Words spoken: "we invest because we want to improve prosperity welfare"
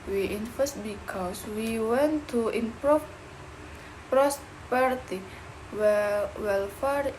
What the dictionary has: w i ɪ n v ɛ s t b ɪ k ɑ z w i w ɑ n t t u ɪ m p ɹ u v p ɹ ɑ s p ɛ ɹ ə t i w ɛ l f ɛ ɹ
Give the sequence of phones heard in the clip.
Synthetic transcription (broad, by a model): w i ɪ n f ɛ s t b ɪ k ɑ s w i w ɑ n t t u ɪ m p ɹ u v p ɹ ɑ s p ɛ ɹ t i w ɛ l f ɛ ɹ